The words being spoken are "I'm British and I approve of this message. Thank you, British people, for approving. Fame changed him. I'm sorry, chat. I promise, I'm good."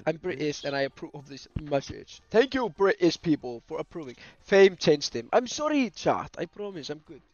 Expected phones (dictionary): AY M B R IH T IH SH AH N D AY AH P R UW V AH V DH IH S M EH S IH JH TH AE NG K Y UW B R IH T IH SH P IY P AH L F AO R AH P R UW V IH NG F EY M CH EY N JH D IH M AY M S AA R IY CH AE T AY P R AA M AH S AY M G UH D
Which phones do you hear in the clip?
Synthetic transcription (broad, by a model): AY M B R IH T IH S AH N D AY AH P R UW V AH V DH IH S M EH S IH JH TH AE NG K Y UW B R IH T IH S P IY P AH L F AO R AH P R UW V IH NG F EY M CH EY N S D IH M AY M S AA R IY CH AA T AY P R AA M AH S AY M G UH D